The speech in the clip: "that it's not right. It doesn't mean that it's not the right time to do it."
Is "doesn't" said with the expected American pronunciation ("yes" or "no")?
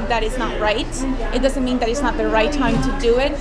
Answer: yes